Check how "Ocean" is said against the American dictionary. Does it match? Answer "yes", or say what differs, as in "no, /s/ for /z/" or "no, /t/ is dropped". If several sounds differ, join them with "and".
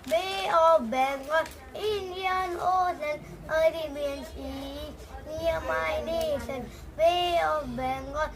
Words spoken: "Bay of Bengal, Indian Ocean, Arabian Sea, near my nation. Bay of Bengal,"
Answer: no, /s/ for /ʃ/